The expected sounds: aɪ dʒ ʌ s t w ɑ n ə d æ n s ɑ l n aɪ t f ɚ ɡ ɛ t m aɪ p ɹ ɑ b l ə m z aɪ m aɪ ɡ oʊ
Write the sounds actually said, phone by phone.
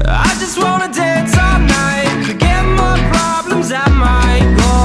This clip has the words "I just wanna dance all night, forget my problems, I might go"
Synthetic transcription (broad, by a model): aɪ dʒ ʌ s t w ɑ n ə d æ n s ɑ n aɪ t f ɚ ɡ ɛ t m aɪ p ɹ ɑ b l ə m z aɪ m aɪ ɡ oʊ